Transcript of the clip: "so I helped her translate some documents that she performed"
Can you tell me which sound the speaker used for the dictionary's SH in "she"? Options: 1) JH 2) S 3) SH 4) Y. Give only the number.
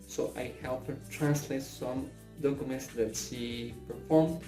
2